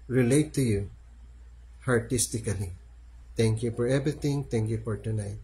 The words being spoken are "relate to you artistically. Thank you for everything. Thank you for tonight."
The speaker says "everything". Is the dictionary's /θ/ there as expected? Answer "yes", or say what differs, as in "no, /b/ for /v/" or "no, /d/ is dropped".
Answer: no, /t/ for /θ/